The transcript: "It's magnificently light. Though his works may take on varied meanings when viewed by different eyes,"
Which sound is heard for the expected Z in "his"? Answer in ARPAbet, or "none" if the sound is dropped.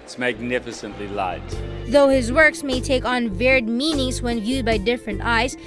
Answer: Z